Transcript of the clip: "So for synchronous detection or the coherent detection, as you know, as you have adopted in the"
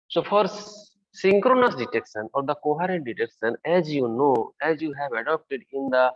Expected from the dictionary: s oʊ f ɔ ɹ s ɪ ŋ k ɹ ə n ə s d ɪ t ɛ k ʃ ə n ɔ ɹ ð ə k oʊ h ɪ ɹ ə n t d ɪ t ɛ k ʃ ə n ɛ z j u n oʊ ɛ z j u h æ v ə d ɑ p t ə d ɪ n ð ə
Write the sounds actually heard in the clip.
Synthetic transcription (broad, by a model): s oʊ f ɔ ɹ s ɪ ŋ k ɹ ə n ə s d ɪ t ɛ k ʃ ə n ɔ ɹ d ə k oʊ h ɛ ɹ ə n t d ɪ t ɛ k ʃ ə n ɛ z j u n oʊ ɛ z j u h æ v ə d ɑ p t ə d ɪ n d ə